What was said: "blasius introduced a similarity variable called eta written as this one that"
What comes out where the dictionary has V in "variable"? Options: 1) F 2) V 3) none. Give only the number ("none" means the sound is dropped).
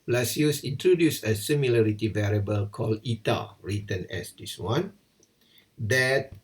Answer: 2